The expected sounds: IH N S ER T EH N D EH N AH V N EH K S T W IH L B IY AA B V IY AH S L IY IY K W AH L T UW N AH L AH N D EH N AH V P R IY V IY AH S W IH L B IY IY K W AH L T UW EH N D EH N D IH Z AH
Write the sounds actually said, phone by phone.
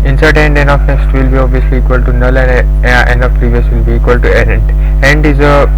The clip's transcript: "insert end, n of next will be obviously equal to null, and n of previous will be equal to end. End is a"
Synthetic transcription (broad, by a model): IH N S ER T EH N D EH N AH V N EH S T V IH L B IY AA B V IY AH S L IY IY K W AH L T UW N AH L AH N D EH N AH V P R IY V IY AH S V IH L B IY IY K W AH L T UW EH N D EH N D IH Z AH